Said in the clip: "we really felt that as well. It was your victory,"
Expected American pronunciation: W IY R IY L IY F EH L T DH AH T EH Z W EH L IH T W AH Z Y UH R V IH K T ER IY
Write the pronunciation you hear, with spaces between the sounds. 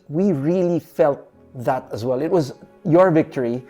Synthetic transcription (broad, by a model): W IY R IY L IY F EH L T DH AH T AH Z W EH L IH T W AH Z Y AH R V IH K T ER IY